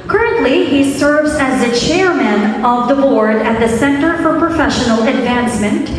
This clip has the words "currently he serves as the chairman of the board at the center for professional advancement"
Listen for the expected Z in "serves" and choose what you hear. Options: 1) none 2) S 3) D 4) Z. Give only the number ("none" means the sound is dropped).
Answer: 4